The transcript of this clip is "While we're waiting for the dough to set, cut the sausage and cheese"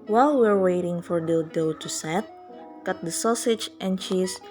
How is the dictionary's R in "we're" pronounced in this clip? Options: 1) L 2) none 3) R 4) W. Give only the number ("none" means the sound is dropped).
3